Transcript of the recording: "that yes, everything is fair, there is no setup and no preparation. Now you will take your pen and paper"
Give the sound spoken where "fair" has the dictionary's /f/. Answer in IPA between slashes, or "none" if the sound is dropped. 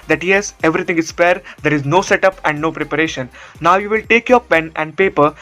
/p/